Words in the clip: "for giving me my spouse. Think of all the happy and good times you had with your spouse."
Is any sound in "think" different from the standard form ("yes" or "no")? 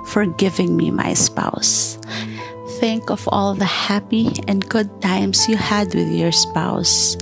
no